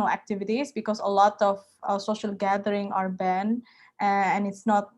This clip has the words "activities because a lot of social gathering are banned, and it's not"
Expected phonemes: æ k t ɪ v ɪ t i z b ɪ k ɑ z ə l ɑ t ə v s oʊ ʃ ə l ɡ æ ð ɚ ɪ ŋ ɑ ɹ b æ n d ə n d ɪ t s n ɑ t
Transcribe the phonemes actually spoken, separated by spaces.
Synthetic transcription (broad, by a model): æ k t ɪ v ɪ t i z b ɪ k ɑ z ə l ɑ t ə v s oʊ ʃ ə l ɡ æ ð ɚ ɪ ŋ ɑ ɹ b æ n ə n ɪ t s n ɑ t